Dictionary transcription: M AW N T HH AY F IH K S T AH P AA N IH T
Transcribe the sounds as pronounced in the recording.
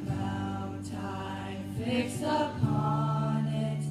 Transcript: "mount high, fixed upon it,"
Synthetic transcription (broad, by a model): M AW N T AY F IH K S AH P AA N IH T